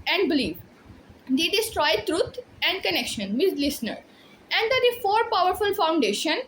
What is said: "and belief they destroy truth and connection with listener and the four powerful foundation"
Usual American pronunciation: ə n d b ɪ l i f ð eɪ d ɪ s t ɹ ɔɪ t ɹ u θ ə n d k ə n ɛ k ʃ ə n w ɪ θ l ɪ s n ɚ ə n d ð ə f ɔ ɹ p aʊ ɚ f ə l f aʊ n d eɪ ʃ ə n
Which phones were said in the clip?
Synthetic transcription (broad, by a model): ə n d b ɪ l i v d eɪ d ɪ s t ɹ ɔɪ t ɹ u t ə n d k ə n ɛ k ʃ ə n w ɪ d l ɪ s n ɚ ə n d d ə f ɔ ɹ p aʊ ɚ f ə l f aʊ n d eɪ ʃ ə n